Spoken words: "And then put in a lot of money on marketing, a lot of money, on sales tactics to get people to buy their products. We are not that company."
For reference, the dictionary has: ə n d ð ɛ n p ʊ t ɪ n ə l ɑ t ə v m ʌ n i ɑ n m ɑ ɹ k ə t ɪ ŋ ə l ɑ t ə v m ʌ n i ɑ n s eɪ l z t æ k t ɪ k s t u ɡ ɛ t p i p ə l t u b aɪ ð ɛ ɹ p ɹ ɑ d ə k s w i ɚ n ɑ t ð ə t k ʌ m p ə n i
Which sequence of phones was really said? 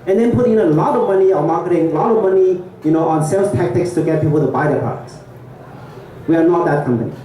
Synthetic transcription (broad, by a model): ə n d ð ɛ n p ʊ t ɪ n ə l ɑ t ə v m ʌ n i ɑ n m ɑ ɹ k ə t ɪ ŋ ə l ɑ t ə v m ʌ n i ɑ n s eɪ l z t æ k t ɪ k s t u ɡ ɛ t p i p ə l t u b aɪ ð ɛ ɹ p ɑ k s w i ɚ n ɑ t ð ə t k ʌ m p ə n i